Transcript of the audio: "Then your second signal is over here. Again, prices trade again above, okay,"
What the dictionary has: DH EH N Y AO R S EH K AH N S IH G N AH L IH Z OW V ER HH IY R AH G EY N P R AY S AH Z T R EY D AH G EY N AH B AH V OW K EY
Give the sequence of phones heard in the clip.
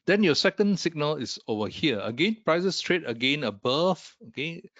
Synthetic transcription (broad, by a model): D EH N Y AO S EH K AH N S IH G N AH L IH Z OW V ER HH IY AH AH G EY N P R AY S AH S T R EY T AH G EY N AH B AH F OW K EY